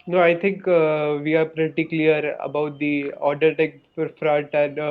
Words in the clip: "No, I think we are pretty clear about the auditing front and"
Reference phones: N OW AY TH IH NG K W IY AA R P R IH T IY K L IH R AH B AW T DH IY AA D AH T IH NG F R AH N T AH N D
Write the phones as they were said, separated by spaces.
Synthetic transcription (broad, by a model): N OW AY T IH NG K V IY AA R P R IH T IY K L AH R AH B AW T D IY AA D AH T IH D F R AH T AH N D